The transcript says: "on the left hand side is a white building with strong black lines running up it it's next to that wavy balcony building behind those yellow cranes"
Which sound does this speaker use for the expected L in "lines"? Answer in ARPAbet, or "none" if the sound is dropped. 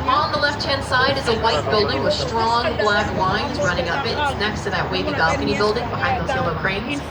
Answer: W